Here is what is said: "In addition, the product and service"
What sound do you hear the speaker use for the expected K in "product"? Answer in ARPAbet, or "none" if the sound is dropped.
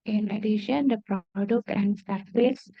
K